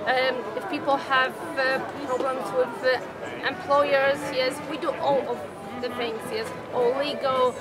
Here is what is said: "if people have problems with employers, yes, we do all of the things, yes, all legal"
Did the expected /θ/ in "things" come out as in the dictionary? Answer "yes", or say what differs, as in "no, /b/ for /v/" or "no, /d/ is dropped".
no, /f/ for /θ/